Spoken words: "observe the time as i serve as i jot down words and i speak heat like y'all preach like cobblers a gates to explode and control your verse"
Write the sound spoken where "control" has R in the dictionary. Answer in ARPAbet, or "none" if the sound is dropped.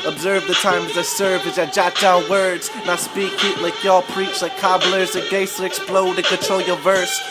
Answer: none